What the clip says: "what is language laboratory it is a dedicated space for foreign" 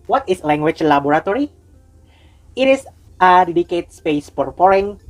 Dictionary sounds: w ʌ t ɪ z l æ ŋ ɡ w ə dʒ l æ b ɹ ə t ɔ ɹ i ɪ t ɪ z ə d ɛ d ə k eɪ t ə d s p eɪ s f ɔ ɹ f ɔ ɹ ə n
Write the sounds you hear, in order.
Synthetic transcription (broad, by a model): w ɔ t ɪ s l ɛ ŋ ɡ w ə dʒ l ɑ b ɹ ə t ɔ ɹ i ɪ t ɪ s ə d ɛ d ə k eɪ t s p eɪ s p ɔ ɹ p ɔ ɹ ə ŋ